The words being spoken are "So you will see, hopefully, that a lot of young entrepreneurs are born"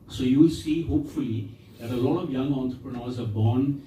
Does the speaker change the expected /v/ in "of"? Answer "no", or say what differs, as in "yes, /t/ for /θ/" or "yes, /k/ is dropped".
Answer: no